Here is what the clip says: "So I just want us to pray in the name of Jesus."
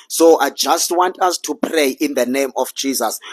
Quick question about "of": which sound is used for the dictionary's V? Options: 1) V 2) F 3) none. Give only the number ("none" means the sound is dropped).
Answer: 2